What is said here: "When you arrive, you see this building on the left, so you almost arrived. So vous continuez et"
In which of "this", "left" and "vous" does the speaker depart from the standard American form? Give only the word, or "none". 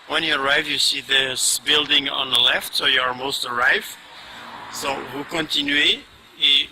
vous